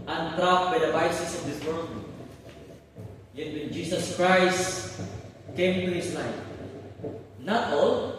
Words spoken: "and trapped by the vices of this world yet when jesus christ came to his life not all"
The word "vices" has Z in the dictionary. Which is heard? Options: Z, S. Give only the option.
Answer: S